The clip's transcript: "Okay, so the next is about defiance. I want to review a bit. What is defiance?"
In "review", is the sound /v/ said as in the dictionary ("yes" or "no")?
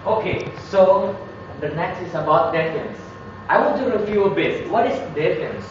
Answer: no